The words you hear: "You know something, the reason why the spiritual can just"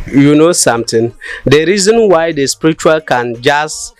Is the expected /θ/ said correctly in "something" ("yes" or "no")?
no